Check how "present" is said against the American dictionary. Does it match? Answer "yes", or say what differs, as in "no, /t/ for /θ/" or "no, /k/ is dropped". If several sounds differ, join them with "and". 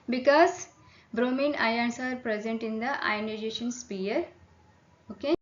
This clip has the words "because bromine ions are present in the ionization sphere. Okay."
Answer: yes